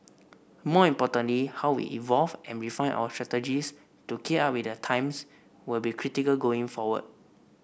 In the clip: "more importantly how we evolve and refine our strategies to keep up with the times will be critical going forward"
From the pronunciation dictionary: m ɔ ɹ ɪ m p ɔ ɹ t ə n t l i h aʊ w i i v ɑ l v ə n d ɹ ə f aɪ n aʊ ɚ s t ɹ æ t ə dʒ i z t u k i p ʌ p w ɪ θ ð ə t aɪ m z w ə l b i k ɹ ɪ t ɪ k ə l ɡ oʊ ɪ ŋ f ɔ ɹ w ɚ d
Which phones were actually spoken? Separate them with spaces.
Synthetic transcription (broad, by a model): m ɔ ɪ m p ɔ t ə n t l i h aʊ w i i v ɑ l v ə n ɹ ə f aɪ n aʊ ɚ s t ɹ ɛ t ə dʒ i s t u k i ɑ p w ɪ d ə t aɪ m s w ə l b i k ɹ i t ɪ k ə l ɡ oʊ ɪ ŋ f ɔ w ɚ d